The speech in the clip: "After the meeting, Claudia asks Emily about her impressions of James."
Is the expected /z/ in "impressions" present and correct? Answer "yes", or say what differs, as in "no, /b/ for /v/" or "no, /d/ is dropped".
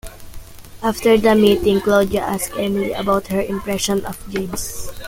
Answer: no, /z/ is dropped